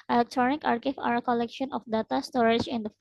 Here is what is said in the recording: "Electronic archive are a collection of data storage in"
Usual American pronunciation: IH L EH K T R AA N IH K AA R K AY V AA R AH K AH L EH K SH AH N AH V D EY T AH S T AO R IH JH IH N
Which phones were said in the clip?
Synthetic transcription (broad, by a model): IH L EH K T R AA N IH K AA R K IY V AA R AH K AH L EH K SH AH N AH F D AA T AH S T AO R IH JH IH N